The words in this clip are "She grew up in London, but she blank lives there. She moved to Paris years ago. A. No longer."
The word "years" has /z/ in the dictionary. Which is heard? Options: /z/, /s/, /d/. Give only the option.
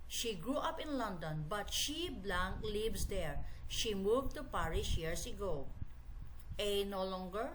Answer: /s/